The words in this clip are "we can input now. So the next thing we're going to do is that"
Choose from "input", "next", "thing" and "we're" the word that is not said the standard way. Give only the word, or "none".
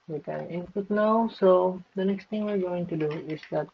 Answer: thing